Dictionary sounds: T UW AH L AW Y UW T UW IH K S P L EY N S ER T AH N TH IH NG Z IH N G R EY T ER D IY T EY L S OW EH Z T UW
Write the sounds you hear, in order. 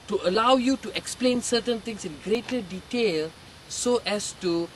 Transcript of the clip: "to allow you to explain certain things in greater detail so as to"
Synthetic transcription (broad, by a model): T UW AH L AW Y UW T UW IH K S P L EY N S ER T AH N T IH NG S IH N G R EY T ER D IY T EY L S OW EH S T UW